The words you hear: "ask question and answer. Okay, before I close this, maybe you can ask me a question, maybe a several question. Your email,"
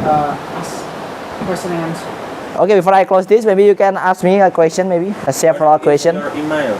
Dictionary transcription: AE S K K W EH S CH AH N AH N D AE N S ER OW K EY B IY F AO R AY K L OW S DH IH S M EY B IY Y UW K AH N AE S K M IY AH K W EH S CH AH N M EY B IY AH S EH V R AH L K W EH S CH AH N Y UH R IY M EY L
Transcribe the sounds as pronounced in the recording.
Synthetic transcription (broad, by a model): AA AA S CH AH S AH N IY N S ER OW K EY B IY F AO R AY K L OW S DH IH S M EY B IY Y UW K AH N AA S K M IY AH K W EH S CH AH N M EY B IY AH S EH F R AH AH K W EH S CH AH N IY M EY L